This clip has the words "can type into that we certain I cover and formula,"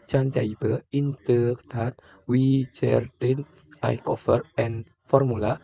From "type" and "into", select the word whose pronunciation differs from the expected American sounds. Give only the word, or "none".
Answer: type